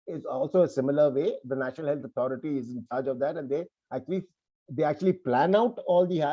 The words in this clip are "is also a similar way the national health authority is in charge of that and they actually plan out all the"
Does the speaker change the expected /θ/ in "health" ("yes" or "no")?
yes